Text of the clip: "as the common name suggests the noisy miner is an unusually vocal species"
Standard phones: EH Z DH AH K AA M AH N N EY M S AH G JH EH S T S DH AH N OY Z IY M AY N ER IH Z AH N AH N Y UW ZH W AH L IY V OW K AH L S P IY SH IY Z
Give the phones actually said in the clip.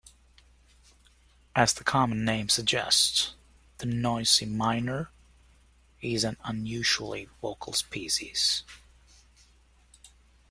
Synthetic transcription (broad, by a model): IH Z DH AH K AA M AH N N EY M S AH G JH EH S T S DH AH N OY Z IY M AY N ER IH Z AH N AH N Y UW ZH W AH L IY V OW K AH L S P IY S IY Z